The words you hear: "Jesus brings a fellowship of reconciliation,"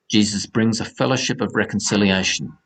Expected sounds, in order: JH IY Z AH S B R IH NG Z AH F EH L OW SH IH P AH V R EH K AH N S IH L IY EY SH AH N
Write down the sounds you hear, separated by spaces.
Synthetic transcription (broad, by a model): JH IY Z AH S B R IH NG Z AH F EH L OW SH IH P AH V R EH K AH N S IH L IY EY SH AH N